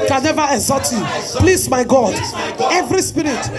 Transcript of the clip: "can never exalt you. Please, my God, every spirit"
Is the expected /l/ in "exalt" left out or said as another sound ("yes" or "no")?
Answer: yes